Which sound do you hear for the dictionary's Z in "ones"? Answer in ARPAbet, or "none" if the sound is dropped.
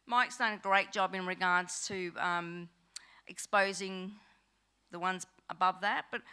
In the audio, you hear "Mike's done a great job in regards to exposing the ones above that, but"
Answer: Z